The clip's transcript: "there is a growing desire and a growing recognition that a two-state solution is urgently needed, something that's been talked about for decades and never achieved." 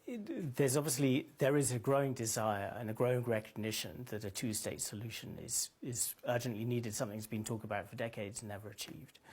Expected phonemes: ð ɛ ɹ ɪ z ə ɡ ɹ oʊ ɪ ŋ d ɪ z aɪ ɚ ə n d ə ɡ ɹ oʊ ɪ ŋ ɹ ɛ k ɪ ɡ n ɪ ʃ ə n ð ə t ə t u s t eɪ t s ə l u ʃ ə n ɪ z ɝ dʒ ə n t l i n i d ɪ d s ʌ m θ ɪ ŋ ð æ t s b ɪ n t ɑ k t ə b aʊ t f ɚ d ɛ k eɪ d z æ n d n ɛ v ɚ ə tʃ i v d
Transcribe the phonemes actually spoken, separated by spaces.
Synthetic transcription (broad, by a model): ð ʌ ɹ ɪ z ə ɡ ɹ oʊ ɪ ŋ d ɪ z aɪ ɚ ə n ə ɡ ɹ oʊ ɪ ŋ ɹ ɛ k ɪ ɡ n ɪ ʃ ə n ð ə t ə t u s t eɪ t s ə l u ʃ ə n ɪ z ɝ dʒ ə n t l i n i d ɪ d s ʌ m θ ɪ ŋ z b ɪ n t ɑ k t ə b aʊ t f ɚ d ɛ k eɪ d z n n ɛ v ɚ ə tʃ i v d